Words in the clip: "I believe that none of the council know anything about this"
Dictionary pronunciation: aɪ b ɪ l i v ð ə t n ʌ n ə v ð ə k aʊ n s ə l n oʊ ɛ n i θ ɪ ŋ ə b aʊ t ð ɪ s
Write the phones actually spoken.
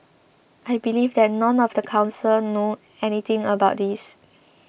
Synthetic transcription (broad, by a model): aɪ b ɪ l i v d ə t n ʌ n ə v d ə k aʊ n s ə l n oʊ ɛ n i t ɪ ŋ ə b aʊ t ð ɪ s